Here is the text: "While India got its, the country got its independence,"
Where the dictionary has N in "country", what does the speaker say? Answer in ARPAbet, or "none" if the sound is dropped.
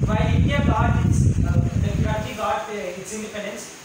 none